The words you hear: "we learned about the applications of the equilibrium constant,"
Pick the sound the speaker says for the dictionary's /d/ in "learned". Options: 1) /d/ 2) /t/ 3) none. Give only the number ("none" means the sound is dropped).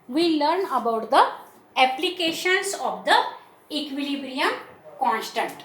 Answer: 3